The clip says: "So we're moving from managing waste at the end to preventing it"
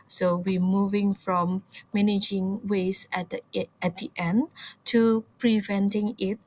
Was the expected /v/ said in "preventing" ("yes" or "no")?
yes